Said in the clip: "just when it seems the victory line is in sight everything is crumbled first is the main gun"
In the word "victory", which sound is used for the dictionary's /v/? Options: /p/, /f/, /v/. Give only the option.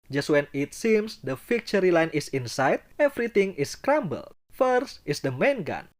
/f/